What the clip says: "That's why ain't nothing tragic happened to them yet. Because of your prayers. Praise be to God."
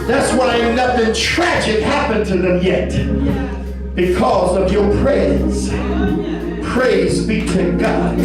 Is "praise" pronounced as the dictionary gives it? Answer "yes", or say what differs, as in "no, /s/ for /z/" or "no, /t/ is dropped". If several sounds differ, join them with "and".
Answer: yes